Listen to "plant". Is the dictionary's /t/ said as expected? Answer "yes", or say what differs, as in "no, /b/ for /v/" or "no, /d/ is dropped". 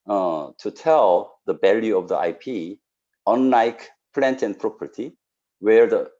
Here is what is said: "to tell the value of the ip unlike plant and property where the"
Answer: yes